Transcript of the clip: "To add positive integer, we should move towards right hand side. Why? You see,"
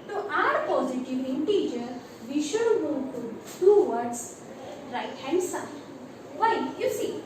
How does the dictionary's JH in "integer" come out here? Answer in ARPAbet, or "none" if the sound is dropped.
JH